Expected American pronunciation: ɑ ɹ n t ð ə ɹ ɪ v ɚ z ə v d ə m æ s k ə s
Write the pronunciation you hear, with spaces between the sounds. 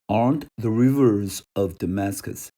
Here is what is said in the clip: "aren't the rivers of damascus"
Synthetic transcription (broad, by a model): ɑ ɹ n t ð ə ɹ ɪ v ɚ z ə v d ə m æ s k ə s